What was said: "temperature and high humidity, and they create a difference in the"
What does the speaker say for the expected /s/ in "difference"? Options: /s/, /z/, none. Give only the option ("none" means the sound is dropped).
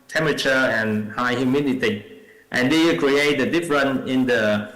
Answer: none